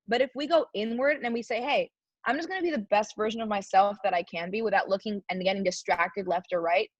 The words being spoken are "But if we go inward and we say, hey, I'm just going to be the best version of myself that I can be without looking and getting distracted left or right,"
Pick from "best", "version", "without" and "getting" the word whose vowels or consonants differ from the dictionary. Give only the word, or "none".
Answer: none